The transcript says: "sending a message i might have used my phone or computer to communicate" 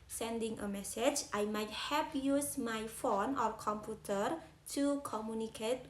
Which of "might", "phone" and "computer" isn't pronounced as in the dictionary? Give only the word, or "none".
none